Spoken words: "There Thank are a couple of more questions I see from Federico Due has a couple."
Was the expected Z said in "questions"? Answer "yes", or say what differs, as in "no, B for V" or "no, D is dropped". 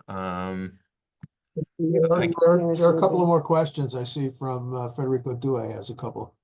yes